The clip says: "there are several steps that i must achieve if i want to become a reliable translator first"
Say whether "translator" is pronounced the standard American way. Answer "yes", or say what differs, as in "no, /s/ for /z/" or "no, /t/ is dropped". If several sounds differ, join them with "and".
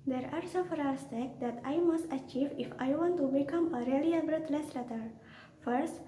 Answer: no, /l/ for /ɹ/ and /n/ is dropped